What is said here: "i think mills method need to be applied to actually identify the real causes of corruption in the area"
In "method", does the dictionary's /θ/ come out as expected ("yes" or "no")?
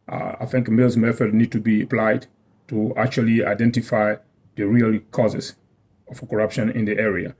no